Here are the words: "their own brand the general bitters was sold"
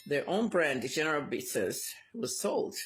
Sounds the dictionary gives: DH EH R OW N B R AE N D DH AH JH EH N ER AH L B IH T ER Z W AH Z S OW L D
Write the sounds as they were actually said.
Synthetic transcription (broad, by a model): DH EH R OW N B R AE N D JH EH N ER AH L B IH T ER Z W AH Z S OW L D